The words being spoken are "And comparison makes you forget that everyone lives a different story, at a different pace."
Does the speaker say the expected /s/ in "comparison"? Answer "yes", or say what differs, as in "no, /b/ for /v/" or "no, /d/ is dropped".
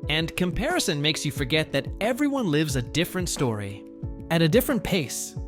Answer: yes